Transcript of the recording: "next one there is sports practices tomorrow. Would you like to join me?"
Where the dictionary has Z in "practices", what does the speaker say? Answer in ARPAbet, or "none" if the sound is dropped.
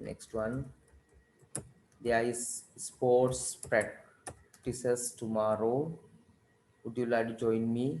S